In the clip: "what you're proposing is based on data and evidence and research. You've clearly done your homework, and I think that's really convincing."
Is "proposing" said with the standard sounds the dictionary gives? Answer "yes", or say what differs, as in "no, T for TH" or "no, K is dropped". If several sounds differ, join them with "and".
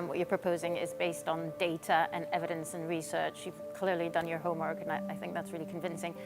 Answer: yes